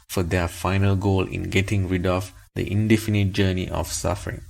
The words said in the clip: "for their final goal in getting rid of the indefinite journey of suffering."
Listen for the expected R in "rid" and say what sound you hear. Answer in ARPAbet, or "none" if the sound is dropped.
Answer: R